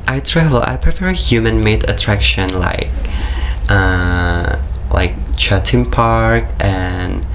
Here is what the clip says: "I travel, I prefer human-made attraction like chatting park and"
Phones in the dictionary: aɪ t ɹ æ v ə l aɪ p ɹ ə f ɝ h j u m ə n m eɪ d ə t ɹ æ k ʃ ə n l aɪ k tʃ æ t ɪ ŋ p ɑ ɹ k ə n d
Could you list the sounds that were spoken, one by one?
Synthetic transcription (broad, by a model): aɪ t ɹ æ v ə l aɪ p ɹ ə f ɝ h j u m ə n m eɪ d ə t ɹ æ k ʃ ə n l aɪ k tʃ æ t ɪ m p ɑ ɹ k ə n